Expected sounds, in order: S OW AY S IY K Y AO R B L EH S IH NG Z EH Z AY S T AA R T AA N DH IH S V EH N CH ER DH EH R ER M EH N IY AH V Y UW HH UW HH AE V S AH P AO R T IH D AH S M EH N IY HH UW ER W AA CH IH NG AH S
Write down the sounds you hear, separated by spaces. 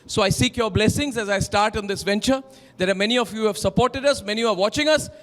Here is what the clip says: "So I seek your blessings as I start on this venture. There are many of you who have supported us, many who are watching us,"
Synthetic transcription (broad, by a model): S OW AY S IY K Y AO R B L EH S IH NG Z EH Z AY S T AA R T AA N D IH S V EH N CH ER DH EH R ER M EH N IY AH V Y UW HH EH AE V S AH P AO R T IH D AH S M EH N IY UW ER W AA CH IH NG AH S